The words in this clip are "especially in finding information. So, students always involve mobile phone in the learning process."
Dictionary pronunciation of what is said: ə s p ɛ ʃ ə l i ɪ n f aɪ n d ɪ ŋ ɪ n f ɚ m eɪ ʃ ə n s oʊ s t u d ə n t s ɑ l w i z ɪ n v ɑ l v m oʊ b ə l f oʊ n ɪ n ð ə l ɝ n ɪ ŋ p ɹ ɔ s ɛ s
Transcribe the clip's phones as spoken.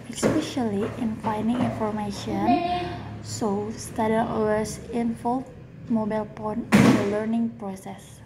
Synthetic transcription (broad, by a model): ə s p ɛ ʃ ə l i ɪ n f aɪ n d ɪ ŋ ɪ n f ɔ m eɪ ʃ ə n s oʊ s t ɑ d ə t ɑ w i s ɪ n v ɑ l m oʊ b ə l p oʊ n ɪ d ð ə l ɝ n ɪ ŋ p ɹ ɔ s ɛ s